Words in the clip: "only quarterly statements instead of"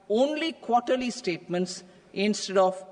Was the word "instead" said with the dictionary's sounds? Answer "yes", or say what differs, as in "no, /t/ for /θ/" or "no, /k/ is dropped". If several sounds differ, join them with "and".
yes